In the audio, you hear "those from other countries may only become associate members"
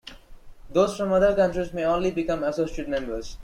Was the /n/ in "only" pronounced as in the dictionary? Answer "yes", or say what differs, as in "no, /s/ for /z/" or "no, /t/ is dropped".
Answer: yes